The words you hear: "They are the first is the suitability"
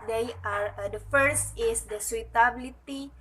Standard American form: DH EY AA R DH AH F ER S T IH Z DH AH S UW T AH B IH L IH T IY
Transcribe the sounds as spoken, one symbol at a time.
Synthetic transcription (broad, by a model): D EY AA R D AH F ER S T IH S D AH S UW T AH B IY L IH T IY